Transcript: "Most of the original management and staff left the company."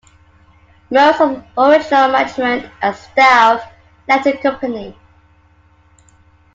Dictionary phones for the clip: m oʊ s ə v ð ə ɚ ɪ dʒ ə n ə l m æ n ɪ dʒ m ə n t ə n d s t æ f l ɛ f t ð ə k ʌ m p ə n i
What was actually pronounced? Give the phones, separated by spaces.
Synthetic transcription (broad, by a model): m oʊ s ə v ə ɚ ɪ dʒ ə n ə l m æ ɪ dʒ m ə n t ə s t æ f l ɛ t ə k ʌ m p ə n i